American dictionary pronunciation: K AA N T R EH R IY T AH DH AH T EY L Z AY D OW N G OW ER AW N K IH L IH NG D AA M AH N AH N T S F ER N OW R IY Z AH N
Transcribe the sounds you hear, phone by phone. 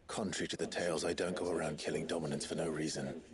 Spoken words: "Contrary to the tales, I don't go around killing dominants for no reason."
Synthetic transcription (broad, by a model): K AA N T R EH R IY T AH DH AH T EY L Z AY D OW N G OW ER AW N K IH L IH NG D AA M AH N AH N T S F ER N OW R IY Z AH N